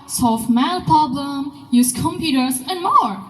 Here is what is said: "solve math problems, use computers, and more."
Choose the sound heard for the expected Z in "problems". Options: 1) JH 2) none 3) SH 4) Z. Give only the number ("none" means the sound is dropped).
2